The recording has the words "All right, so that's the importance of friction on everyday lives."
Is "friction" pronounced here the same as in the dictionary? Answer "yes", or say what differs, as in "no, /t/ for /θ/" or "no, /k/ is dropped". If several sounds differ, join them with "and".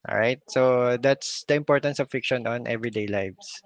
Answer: no, /ɹ/ is dropped